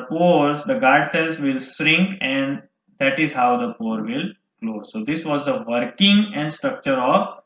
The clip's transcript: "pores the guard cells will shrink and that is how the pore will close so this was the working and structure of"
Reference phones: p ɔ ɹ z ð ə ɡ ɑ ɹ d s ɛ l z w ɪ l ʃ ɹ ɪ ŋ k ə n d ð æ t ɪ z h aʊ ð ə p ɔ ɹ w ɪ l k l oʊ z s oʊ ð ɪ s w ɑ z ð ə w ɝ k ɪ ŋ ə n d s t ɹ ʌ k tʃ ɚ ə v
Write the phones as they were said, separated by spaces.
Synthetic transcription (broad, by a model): p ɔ ɹ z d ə ɡ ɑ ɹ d s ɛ l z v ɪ l s ɹ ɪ ŋ k ə n d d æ t ɪ z h aʊ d ə p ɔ ɹ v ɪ l k l oʊ z s oʊ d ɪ s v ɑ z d ə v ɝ k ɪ ŋ ə n d s t ɹ ʌ k tʃ ɚ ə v